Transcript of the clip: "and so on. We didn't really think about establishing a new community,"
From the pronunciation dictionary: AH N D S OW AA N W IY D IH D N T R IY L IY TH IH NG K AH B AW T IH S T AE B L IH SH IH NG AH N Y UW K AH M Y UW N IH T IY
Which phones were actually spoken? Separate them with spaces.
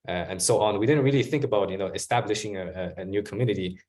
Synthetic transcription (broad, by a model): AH N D S OW AA N W IY D IH D N T R IY L IY TH IH NG K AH B AW T IH S T AE B L IH SH IH NG AH N Y UW K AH M Y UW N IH T IY